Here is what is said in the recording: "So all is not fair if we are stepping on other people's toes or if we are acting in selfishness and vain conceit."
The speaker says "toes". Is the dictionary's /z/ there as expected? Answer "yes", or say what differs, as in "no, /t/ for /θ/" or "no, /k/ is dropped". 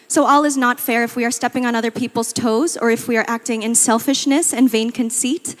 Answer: yes